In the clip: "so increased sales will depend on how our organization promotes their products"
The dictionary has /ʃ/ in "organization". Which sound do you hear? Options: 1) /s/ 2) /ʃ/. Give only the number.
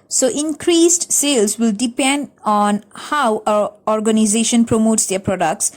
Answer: 2